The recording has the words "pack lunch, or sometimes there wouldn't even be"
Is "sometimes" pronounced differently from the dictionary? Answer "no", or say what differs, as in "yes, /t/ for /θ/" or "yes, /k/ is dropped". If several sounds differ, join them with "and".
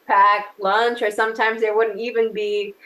no